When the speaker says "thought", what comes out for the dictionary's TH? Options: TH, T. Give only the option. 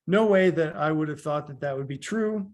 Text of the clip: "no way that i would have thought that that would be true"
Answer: TH